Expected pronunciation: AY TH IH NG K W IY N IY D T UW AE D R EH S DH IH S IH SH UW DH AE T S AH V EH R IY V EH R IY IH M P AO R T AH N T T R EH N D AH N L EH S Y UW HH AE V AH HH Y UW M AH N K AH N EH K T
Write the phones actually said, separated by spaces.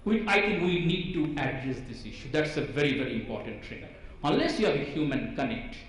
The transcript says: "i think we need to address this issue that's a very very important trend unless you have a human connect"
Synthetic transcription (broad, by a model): AY T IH NG K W IY N IY D T UW AE D R EH S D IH S IH SH UW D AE T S AH V EH R IY V EH R IY IH M P AO R T AH N T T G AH D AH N L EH S Y UW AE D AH HH Y UW M AH N K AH N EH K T